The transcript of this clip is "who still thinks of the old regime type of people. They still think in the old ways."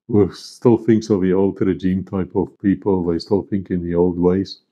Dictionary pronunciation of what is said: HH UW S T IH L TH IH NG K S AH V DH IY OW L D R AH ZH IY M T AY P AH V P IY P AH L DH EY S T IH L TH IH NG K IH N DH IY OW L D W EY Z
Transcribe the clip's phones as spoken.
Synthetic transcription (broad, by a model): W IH S T IH L TH IH NG K S AH V DH IY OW L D R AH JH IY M T AY P AH V P IY P AH L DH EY S T IH L TH IH NG K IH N DH IY OW L D W EY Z